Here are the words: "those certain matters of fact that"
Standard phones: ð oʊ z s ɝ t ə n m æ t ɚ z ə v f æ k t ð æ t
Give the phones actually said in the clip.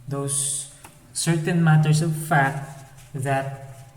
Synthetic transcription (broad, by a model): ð oʊ s ɝ t ə n m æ t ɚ s ə v f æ k t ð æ t